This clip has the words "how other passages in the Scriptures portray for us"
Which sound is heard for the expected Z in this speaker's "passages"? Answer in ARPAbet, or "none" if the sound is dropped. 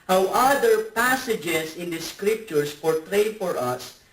S